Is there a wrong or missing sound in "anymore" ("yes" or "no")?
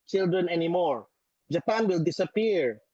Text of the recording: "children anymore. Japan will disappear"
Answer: no